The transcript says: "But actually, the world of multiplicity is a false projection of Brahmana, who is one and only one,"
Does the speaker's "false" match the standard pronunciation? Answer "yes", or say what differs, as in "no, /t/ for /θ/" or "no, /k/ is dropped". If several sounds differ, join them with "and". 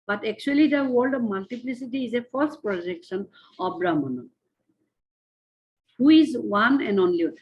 no, /l/ is dropped